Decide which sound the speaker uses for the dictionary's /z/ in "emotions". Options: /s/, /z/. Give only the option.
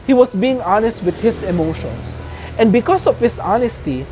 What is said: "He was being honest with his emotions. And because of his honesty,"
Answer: /s/